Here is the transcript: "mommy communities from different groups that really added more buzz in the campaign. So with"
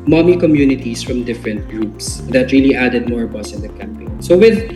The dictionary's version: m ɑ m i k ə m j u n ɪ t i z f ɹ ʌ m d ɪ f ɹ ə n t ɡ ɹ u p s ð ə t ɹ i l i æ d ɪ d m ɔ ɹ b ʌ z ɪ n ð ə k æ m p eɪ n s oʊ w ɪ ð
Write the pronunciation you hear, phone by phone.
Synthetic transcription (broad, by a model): m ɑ m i k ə m j u n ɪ t i s f ɹ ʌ m d ɪ f ɹ ə n t ɡ ɹ u p s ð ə t ɹ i l i æ d ɪ d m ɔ ɹ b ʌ s ɪ n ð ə k æ m p eɪ n s oʊ w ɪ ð